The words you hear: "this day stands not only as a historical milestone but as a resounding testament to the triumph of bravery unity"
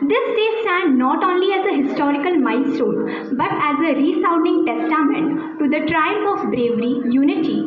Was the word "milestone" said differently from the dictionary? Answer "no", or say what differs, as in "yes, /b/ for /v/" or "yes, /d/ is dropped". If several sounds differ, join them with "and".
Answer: yes, /n/ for /l/